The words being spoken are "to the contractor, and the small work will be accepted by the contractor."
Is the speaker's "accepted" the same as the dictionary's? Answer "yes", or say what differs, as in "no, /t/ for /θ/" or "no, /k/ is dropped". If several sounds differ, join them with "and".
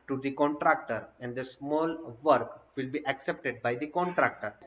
yes